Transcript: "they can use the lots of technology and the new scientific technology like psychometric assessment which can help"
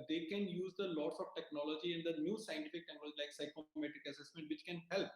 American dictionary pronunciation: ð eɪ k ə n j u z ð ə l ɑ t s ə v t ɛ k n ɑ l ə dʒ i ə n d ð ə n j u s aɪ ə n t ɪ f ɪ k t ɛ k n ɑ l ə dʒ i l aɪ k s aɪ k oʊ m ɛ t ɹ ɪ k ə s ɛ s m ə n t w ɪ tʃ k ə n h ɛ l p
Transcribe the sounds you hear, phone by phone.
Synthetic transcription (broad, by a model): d eɪ k ə n j u z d ə l ɑ t s ə v t ɛ k n ɑ l ə dʒ i ə n d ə n j u s aɪ ə n t ɪ f ɪ k t ɛ k n ɑ l ə dʒ i l aɪ k s aɪ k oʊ m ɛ t ɪ k ə s ɛ s m ə n t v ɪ tʃ k ə n h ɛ l p